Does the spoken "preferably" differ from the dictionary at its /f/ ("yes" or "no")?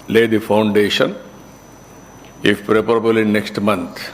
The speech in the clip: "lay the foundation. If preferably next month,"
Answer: yes